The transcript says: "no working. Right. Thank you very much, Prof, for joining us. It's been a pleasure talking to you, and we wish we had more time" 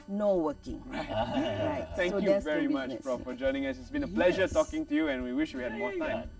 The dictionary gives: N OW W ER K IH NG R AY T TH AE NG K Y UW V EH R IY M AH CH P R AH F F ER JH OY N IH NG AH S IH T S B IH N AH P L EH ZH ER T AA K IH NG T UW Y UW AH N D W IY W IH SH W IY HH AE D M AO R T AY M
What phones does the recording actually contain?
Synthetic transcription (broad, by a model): N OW W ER K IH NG R AY T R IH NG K Y UW V EH R IY M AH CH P R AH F F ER JH OY N IH NG AH S IH T S B IH N AH P L EH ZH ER T AA K IH NG T UW Y UW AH N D W IY W IH SH W IY HH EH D M AO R T AY M